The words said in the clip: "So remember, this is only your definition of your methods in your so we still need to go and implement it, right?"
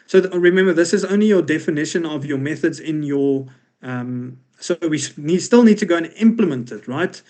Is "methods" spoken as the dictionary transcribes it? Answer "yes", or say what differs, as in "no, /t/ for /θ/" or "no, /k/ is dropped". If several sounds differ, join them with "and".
yes